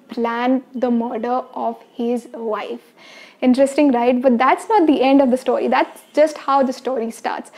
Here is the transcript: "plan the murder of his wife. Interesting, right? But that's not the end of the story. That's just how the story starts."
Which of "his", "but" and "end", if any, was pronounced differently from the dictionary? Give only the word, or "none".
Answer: none